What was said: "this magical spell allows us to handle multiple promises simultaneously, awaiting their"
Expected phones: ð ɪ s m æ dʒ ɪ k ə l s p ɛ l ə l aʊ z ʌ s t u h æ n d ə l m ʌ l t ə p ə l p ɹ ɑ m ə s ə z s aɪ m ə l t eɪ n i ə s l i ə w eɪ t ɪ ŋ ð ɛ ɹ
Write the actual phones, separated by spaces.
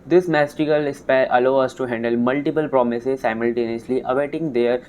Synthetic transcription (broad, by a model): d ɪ s m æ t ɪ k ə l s p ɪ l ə l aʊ ʌ s t u h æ n d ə l m ʌ l t ə p ə l p ɹ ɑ m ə s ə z s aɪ m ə l t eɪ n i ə s l i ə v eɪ t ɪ ŋ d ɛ ɹ